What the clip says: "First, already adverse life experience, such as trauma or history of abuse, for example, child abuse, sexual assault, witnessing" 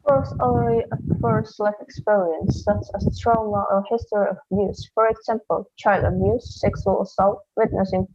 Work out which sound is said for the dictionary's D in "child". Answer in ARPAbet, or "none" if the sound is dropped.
D